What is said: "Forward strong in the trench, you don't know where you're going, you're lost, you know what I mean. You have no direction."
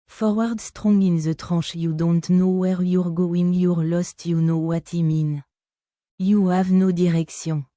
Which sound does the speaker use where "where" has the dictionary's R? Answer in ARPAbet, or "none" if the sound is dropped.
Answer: R